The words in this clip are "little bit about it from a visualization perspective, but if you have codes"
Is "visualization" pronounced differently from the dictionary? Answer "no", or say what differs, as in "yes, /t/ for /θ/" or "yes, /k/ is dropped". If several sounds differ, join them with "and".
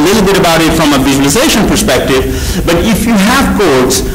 no